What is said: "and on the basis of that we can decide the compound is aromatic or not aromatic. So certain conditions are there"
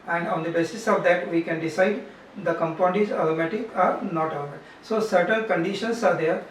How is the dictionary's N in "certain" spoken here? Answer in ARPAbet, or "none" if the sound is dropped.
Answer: L